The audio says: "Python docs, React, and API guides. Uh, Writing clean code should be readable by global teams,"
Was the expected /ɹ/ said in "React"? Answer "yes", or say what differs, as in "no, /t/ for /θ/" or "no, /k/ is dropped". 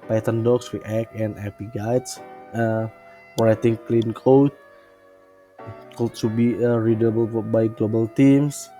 no, /w/ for /ɹ/